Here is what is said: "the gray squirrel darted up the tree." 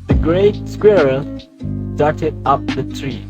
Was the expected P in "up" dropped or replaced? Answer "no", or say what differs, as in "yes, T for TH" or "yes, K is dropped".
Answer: no